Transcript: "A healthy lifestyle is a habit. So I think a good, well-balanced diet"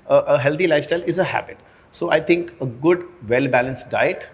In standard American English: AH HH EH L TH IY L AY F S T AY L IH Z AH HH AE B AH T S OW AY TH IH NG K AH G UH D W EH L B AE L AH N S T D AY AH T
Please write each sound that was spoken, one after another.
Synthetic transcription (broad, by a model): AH HH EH L T IY L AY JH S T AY L IH Z AH HH AE B AH T S OW AY T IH NG K AH G UH D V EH L B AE L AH N S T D AY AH T